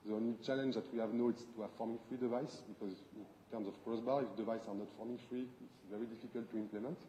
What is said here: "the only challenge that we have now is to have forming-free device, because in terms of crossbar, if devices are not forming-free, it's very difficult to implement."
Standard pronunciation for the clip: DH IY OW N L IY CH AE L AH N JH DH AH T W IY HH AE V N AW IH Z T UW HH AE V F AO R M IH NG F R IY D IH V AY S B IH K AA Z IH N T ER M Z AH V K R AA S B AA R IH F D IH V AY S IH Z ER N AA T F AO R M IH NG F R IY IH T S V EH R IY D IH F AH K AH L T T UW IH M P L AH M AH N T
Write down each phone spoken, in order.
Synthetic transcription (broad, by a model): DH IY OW N L IY CH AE L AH N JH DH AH T W IY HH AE V N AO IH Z T UW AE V F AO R M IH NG F R IY D IH V AY S B IH K AA Z IH N T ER M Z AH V K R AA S B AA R IH F D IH V AY S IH N AA T F AO R M IH NG F R IY IH T S V EH R IY D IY F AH K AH L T T UW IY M P L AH M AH N T